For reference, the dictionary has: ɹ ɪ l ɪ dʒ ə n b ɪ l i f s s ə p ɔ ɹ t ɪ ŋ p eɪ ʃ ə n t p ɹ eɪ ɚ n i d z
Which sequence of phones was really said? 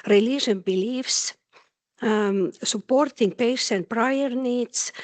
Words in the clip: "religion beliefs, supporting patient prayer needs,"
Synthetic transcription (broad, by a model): ɹ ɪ l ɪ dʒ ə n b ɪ l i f s s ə p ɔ ɹ t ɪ ŋ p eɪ s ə n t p ɹ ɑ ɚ n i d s